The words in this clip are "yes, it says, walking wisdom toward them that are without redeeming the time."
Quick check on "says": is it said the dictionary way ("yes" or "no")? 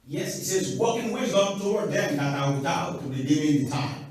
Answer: yes